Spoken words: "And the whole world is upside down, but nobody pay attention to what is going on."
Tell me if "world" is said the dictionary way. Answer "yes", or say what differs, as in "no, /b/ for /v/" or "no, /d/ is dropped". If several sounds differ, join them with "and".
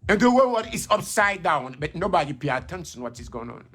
no, /l/ is dropped